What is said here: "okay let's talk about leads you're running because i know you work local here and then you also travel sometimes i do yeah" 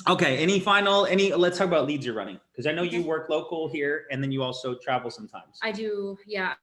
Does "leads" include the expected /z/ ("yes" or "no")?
yes